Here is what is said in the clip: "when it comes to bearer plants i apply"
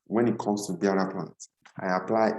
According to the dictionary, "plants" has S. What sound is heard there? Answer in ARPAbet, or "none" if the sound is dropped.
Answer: none